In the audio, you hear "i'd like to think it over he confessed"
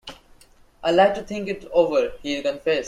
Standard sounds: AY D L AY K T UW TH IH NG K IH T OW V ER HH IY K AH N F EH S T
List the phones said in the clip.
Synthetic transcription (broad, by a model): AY L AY T UW T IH NG K IH T OW V ER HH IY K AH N F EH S